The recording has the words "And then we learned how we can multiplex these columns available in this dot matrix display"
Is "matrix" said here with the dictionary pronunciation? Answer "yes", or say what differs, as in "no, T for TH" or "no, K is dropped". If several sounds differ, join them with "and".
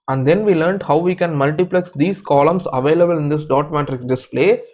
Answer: no, S is dropped